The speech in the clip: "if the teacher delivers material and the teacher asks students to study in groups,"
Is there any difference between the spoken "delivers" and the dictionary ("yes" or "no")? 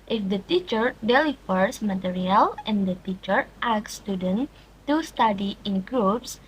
yes